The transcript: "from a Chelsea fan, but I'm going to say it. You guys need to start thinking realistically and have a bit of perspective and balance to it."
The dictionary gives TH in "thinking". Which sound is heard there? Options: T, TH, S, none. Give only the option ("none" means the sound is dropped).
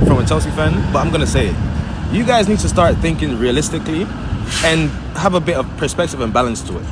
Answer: TH